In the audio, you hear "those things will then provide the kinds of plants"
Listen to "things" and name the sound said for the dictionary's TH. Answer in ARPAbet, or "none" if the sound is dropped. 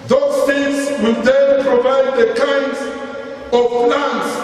S